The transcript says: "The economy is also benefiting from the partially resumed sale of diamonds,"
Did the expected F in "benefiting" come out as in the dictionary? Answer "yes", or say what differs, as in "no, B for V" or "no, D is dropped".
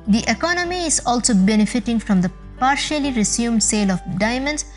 yes